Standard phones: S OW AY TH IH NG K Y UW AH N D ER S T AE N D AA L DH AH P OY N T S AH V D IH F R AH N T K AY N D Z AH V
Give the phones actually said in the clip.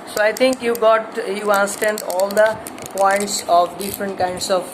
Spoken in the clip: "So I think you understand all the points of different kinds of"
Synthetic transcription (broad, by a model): S OW AY T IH NG K Y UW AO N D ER S T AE N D AA L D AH P OY N T S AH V D IH F R AH N T K AY N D S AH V